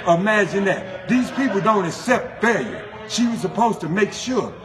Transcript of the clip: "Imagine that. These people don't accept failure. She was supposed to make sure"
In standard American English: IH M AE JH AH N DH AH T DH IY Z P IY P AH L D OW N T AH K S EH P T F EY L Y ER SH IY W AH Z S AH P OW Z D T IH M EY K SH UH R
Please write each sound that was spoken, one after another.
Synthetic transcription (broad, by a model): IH M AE JH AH N DH AH T DH IY Z P IY P L D OW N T AH K S EH P T F EY L Y ER SH IY W AH Z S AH P OW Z T IH M EY K SH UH R